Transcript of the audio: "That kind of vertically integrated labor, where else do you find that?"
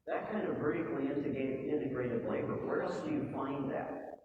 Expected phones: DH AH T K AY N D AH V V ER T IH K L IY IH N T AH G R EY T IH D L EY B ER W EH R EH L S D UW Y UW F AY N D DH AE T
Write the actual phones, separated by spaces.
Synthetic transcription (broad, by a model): DH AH T K AY N D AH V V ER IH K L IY IH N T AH G R EY T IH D L EY B ER W EH R EH L S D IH Y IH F AY N DH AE T